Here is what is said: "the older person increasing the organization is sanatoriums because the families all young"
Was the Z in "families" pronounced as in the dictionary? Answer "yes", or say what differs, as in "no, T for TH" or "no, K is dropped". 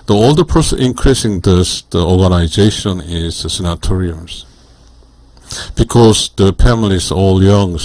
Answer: no, S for Z